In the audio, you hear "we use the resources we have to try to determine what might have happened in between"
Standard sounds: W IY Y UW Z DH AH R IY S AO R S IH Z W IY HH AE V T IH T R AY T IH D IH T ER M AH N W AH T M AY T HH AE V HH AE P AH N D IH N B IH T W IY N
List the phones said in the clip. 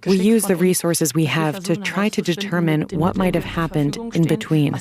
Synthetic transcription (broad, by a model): W IY Y UW Z DH AH R IY S AO R S IH Z W IY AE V T IH T R AY T IH D IH T ER M AH N W AH T M AY T HH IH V HH AE P AH N D IH N B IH T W IY N